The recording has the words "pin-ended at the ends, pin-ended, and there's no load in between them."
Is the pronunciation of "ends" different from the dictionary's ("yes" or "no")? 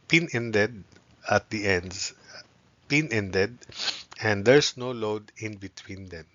yes